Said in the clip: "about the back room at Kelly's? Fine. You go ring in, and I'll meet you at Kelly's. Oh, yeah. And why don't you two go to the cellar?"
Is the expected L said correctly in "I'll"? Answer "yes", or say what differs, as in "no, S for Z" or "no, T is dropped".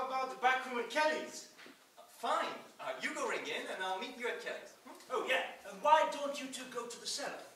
yes